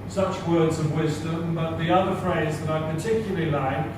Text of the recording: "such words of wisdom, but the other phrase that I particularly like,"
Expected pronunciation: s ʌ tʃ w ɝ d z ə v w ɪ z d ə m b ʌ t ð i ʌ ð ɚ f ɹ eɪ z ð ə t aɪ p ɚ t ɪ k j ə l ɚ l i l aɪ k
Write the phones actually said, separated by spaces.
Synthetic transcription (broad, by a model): s ʌ tʃ w ɝ d z ə v w ɪ z d ə m b ʌ t ð i ʌ ð ɚ f ɹ eɪ z ð ə t aɪ p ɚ t ɪ k j l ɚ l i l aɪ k